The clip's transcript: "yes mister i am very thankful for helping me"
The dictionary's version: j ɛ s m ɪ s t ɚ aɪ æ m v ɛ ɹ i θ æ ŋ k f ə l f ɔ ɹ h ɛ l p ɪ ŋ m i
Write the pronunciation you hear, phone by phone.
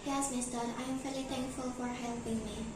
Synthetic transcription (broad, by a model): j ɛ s m ɪ s t ɚ aɪ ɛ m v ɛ l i t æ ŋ k f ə l f ɔ ɹ h ɛ l p ɪ ŋ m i